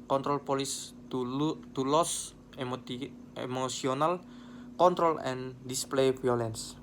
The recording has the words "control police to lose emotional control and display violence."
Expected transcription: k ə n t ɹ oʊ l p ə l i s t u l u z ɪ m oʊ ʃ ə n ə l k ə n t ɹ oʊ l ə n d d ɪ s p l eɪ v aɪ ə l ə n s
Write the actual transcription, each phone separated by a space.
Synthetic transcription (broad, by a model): k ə n t ɹ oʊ l p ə l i s t u l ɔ s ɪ m oʊ s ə n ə l k ə n t ɹ oʊ l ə n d d ɪ s p l eɪ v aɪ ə l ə n s